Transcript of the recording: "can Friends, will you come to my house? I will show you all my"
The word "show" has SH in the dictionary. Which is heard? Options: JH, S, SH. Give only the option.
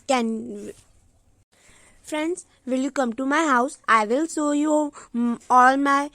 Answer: S